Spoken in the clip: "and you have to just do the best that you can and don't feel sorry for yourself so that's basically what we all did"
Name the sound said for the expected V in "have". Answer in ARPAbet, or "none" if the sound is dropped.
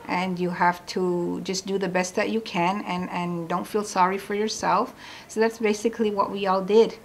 F